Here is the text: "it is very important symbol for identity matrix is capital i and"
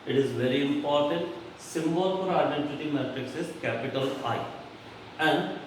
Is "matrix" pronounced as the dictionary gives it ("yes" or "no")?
yes